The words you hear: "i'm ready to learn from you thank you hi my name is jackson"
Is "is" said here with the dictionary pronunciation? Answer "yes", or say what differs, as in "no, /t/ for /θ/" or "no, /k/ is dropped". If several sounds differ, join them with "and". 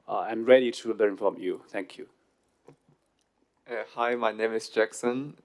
no, /s/ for /z/